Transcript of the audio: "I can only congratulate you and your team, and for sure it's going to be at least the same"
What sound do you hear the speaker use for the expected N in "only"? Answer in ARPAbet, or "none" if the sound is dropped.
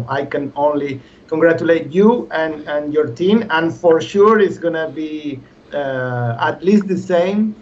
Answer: N